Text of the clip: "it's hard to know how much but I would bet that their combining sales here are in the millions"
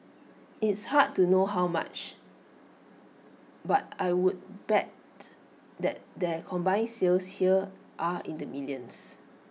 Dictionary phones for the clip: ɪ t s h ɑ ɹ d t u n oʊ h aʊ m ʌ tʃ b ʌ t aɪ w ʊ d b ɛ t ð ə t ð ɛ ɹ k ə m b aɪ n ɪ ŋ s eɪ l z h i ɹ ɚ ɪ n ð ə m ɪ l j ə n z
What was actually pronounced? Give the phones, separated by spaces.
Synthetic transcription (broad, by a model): ɪ t s h ɑ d t u n oʊ h aʊ m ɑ tʃ b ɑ t aɪ w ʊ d b ɛ t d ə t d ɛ k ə m b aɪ ɪ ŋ s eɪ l s h i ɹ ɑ ɪ n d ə m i l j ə n s